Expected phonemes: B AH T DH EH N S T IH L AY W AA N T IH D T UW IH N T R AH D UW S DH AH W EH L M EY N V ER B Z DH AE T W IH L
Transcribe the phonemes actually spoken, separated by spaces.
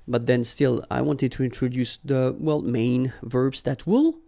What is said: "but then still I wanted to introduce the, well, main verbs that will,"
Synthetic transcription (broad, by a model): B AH T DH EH N S T IH L AY W AA N T IH D T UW IH N T R AH D UW S DH AH W EH L M EY N V ER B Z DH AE T W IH L